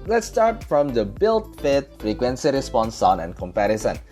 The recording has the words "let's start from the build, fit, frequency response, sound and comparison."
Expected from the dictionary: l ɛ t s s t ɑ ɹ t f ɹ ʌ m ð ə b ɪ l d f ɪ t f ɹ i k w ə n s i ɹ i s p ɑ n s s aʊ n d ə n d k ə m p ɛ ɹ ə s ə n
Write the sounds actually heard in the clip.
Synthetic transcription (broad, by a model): l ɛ t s s t ɑ ɹ t f ɹ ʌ m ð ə b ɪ l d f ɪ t f ɹ i k w ə n s i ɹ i s p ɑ n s s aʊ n ə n k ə m p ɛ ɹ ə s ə n